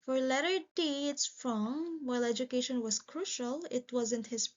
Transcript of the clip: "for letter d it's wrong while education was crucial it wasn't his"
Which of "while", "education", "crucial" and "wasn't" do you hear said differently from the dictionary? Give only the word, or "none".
none